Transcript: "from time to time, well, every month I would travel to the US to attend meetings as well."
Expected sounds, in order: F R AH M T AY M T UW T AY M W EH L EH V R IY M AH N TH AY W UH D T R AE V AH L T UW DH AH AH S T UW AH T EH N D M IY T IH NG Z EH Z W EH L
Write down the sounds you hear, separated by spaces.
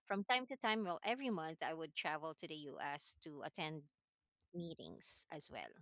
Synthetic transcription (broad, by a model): F R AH M T AY M T UW T AY M W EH L EH V R IY M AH N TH AY W UH D T R AE V AH L T UW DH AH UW S T UW AH T EH N D M IY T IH NG S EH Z W EH L